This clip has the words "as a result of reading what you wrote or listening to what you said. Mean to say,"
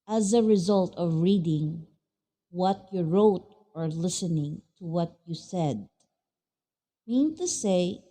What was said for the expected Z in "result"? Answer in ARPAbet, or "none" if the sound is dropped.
Z